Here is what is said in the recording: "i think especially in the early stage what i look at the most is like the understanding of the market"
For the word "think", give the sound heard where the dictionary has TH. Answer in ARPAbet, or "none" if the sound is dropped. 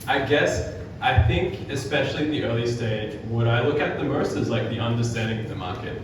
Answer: TH